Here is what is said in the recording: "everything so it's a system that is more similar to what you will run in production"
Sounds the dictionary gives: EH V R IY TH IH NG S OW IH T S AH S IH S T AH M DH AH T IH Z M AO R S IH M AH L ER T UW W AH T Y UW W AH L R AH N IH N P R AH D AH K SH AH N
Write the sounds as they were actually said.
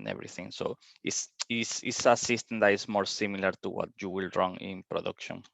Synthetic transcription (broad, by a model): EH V R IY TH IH NG S OW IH S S AH S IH S T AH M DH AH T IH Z M AO R S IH M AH L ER T UW W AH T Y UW W AH L R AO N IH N P R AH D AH K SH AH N